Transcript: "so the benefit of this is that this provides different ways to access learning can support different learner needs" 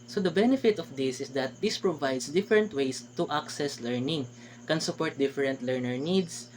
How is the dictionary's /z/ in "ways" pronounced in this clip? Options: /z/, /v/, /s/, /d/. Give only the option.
/s/